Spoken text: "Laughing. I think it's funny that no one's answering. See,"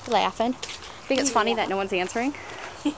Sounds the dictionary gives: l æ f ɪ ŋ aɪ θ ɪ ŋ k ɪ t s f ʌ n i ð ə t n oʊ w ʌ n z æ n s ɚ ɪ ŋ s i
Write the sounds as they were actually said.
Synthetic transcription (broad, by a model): l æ f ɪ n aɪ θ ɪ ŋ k ɪ t s f ʌ n i ð ə t n oʊ w ʌ n z æ n s ɚ ɪ ŋ